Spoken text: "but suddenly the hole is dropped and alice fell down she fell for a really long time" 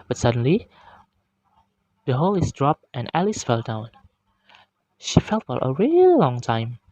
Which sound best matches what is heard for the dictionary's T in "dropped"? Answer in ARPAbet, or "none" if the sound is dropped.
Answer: T